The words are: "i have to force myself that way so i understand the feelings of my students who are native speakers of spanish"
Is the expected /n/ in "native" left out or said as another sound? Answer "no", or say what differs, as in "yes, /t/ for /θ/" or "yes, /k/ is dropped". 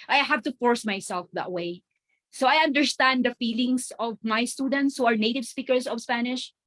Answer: no